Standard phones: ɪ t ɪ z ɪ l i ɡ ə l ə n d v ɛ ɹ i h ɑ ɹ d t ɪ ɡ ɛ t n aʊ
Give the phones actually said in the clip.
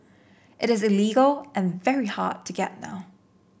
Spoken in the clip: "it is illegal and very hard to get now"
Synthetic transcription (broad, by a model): ɪ t ɪ z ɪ l i ɡ l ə n v ɛ ɹ i h ɑ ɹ t ɪ ɡ ɛ t n aʊ